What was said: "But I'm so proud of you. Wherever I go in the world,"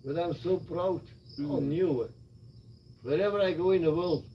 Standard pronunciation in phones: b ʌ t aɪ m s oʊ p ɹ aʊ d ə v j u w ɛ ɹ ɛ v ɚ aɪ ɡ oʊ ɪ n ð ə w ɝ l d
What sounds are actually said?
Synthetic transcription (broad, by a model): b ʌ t aɪ m s oʊ b ɹ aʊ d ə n j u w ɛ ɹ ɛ v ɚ aɪ ɡ oʊ ɪ n ð ə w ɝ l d